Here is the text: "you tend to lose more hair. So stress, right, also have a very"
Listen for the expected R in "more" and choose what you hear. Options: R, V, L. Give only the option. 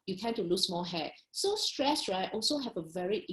L